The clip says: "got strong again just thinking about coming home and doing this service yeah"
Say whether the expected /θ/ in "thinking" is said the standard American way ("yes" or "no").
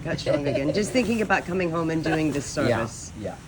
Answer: yes